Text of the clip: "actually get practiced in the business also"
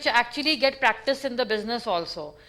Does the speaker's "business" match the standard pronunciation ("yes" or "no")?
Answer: yes